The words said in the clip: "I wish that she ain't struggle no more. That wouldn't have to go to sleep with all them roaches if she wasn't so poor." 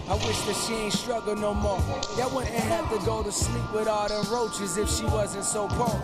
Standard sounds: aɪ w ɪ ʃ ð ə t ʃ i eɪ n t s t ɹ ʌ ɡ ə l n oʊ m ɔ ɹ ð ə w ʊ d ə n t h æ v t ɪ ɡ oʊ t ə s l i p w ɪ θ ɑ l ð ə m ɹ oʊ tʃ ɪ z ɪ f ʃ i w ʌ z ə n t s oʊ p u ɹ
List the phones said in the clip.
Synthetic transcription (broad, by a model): aɪ w ɪ ʃ ð ə t ʃ i eɪ n t s t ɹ ʌ ɡ l n oʊ m ɔ ɹ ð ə w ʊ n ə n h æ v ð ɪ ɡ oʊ t ə s l i p w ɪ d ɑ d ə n ɹ oʊ tʃ ɪ z ɪ f ʃ i w ʌ z ə n t s oʊ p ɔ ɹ